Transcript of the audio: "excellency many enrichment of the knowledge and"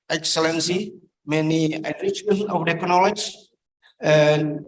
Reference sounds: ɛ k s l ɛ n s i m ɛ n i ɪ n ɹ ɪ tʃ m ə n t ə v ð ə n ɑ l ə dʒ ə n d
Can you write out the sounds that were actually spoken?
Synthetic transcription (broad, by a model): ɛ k s l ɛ n s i m ɛ n i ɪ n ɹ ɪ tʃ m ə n ə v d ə n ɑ l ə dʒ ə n